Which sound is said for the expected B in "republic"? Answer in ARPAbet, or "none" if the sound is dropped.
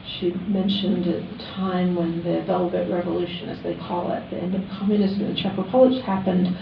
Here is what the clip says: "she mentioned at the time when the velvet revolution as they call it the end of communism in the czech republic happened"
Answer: none